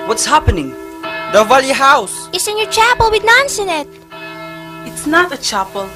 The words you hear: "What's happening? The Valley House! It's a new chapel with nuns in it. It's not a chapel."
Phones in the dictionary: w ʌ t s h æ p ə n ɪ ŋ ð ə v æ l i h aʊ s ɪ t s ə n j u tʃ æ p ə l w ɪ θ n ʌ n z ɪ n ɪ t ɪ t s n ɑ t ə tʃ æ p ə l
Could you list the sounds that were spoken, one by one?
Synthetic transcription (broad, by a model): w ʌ t s h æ p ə n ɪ ŋ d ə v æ l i h aʊ s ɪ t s ə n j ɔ tʃ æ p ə l w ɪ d n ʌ n s ɪ n ɪ t ɪ t s n ɑ t ə tʃ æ p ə l